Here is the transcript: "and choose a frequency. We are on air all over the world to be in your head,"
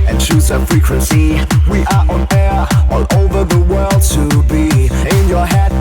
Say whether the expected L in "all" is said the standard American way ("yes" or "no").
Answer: no